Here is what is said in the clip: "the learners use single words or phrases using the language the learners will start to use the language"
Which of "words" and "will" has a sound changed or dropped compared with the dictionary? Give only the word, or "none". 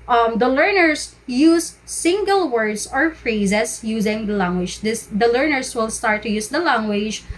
words